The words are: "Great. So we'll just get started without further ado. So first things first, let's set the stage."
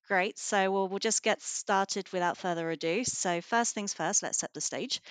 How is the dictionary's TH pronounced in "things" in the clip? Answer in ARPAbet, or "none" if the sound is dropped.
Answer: TH